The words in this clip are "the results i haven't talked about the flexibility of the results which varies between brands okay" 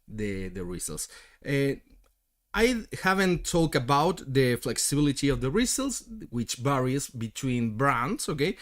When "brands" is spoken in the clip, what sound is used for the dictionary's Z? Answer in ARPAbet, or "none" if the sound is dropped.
S